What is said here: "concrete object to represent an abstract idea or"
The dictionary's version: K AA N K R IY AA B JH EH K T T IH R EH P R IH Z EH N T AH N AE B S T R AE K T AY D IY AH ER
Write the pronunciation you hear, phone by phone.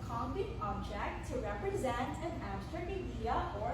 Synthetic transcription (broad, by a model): K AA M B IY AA B JH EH K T T IH R EH P R IH Z EH N T AH N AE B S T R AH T AY D IY AH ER